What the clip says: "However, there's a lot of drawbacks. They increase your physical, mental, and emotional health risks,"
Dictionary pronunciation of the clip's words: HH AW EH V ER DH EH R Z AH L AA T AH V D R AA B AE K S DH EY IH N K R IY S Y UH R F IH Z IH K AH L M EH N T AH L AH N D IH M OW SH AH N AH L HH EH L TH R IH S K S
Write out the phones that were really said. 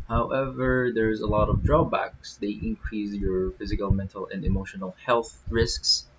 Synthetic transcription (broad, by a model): HH AW EH V ER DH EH R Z AH L AA T AH V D R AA B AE K S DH EY IH N K R IY S Y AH R F IH Z IH K AH L M EH N T AH L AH N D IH M OW SH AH N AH L HH EH L TH R IH S K S